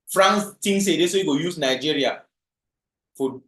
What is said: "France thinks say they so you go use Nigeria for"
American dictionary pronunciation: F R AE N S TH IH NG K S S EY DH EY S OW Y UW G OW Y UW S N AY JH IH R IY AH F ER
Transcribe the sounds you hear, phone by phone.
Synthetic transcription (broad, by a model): F R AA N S T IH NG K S S EY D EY S OW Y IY G OW Y UW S N AY JH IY R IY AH F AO